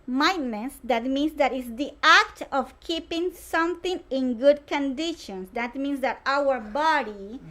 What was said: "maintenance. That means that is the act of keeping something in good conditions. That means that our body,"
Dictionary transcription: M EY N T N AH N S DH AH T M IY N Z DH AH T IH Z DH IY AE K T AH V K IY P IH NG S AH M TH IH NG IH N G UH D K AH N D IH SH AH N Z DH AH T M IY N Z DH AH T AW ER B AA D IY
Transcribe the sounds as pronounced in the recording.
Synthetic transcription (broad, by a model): M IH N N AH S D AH T M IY N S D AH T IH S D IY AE K T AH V K IY P IH NG S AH M T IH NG IH N G UH D K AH N D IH SH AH N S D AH T M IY N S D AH T AW ER B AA D IY